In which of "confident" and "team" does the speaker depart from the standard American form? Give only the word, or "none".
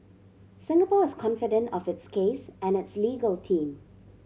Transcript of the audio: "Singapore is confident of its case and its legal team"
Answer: none